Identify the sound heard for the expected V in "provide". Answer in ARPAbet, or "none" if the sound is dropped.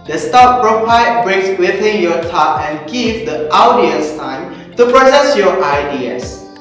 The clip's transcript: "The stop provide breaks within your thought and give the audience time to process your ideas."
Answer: P